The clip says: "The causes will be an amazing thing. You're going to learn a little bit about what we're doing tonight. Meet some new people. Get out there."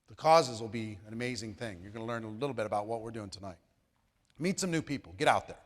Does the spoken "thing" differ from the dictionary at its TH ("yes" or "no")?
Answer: no